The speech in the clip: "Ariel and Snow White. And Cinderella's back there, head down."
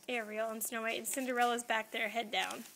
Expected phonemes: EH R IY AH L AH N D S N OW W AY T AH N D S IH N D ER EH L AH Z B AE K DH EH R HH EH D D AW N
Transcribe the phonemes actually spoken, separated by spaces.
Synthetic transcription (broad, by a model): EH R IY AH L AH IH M S N OW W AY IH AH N S IH N D ER EH L AH Z B AE K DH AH R HH EH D D AW N